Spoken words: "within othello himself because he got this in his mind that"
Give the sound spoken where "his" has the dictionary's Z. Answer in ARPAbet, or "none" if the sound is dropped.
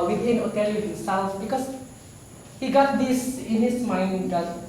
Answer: S